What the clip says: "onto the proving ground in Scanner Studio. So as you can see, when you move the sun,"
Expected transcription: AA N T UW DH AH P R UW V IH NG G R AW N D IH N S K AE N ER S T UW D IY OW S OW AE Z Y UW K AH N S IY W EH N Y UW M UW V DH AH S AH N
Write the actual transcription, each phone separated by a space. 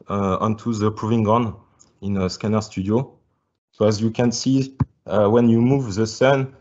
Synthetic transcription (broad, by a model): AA N T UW DH AH P R UW V IH NG G AW N IH N S K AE N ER S T UW D IY OW S OW AE Z Y UW K AH N S IY W EH N Y UW M UW V DH AH S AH N